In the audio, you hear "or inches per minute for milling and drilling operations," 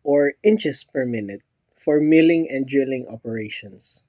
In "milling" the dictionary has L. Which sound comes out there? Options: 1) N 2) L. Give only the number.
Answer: 2